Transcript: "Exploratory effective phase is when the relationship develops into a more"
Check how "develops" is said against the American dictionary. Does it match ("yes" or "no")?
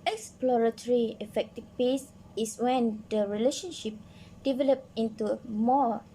no